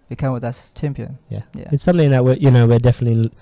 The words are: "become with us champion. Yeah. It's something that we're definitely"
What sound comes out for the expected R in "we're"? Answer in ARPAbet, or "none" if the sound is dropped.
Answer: W